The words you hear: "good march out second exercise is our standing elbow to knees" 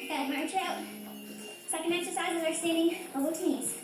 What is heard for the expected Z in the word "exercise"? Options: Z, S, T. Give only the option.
Z